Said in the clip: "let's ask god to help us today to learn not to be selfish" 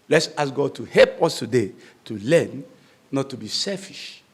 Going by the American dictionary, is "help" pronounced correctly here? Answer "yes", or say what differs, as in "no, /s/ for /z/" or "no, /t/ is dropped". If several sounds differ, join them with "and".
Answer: yes